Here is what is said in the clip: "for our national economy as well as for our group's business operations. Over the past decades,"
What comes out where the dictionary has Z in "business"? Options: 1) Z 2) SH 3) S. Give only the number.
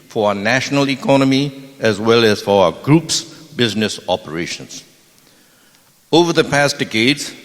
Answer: 1